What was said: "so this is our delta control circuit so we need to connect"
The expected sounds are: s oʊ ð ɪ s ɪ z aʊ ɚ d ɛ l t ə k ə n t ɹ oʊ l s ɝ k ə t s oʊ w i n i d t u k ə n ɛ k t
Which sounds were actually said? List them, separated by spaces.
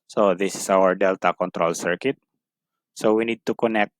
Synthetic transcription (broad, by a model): s oʊ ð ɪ s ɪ s aʊ ɚ d ɛ l t ə k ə n t ɹ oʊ l s ɝ k ə t s oʊ w i n i d t u k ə n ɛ k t